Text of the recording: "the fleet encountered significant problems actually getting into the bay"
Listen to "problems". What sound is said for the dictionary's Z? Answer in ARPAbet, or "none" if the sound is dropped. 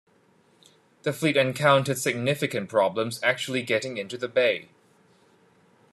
Z